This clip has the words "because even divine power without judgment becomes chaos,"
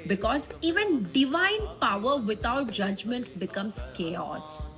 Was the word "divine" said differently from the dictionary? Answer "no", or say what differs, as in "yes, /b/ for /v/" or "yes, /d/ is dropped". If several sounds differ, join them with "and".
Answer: no